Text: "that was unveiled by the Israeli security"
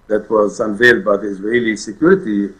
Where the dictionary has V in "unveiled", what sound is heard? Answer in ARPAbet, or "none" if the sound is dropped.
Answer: V